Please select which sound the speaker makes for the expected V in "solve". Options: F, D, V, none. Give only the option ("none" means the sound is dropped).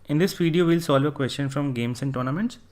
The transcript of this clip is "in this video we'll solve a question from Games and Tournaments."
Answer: V